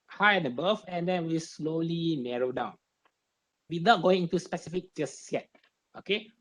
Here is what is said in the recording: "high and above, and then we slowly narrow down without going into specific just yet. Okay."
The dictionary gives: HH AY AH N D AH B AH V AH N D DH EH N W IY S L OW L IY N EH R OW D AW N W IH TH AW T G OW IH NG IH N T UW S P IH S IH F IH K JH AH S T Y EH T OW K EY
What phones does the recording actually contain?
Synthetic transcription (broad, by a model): HH AY AH N D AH B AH F AH N D EH N W IY S L OW L IY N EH R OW D AW N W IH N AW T G OW IH NG IH N T UW S P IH S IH F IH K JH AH S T Y EH T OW K EY